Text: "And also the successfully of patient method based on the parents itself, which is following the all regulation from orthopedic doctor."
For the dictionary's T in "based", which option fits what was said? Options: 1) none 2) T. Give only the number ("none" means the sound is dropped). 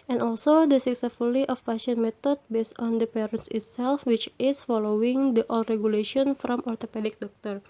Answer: 2